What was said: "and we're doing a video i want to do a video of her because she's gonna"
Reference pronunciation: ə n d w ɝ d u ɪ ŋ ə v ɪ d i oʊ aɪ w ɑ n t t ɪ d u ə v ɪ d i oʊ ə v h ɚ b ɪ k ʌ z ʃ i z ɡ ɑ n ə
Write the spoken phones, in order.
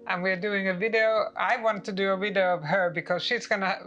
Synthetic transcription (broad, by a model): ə n w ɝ d u ɪ ŋ ə v ɪ d i oʊ aɪ w ɑ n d t ɪ d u ə v ɪ d i oʊ ə v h ɚ b ɪ k ʌ z ʃ i z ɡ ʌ n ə